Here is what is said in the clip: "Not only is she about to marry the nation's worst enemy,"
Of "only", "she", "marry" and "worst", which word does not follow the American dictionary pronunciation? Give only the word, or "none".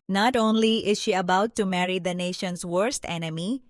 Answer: none